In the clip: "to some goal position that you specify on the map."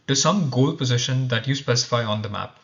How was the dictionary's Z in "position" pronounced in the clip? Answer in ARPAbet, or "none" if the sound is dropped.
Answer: Z